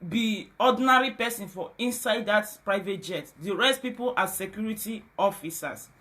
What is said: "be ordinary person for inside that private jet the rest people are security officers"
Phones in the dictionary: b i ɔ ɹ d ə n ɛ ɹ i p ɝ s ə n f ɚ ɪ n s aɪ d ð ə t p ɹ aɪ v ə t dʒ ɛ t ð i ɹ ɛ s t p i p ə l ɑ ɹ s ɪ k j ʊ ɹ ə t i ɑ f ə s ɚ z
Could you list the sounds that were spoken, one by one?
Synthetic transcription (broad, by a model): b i ɔ d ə n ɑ ɹ i p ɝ s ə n f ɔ ɪ n s aɪ d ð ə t p ɹ aɪ v ə t dʒ ɛ t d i ɹ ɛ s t p i p ə l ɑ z s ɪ k j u ɹ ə t i ɑ f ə s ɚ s